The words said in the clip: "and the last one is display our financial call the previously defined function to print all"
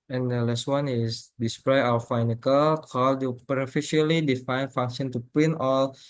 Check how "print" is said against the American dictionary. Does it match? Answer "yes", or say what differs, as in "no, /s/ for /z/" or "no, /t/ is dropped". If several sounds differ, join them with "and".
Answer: no, /ɹ/ is dropped